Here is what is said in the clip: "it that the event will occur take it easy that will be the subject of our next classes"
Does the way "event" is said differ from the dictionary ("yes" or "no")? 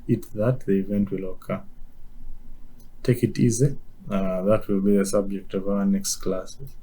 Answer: no